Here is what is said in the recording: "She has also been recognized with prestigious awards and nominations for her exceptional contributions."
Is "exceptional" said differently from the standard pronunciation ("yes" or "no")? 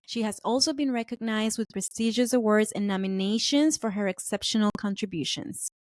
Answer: no